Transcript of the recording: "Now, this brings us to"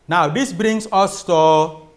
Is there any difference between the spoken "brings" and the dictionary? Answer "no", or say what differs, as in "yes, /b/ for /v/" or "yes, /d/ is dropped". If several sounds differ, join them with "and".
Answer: yes, /s/ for /z/